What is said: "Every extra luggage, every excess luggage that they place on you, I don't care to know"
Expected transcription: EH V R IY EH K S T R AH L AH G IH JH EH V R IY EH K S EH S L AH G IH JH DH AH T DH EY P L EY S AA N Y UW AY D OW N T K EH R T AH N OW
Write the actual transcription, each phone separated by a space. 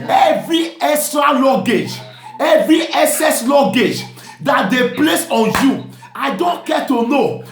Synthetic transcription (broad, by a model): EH V R IY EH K S T R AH L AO G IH JH EH V R IY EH S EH S L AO G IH JH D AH T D EY P L EY S AA N Y UW AY D OW N T K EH T AH N OW